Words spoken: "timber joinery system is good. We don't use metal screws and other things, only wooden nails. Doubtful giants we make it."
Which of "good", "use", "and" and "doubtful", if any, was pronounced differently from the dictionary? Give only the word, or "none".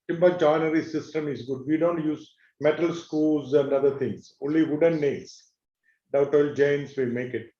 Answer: doubtful